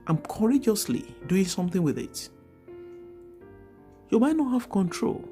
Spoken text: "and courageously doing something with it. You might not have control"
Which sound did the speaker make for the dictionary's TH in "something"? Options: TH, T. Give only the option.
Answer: TH